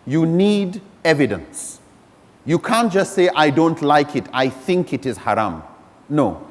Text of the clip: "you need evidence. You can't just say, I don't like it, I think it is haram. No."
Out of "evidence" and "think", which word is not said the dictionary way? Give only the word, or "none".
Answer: none